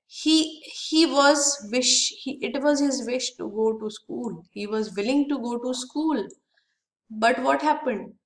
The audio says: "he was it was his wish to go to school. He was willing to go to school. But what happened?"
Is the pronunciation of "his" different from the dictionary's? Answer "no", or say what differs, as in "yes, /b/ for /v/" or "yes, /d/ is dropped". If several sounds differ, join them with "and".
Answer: no